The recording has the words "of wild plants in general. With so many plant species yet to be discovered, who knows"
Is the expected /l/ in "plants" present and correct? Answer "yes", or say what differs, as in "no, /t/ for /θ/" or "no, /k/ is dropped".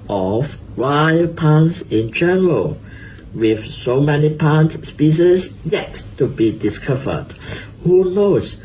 no, /l/ is dropped